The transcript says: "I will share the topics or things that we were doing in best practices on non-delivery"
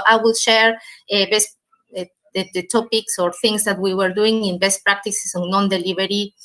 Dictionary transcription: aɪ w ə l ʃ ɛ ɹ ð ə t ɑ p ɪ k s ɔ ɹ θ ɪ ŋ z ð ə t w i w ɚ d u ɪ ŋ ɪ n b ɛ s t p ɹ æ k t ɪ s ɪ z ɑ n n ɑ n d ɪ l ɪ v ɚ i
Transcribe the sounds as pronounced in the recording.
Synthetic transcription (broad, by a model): aɪ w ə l ʃ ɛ ɹ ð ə t ɑ p ɪ k s ɔ ɹ θ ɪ ŋ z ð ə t w i w ɚ d u ɪ ŋ ɪ n b ɛ s t p ɹ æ k t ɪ s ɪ s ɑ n n ɑ n d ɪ l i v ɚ i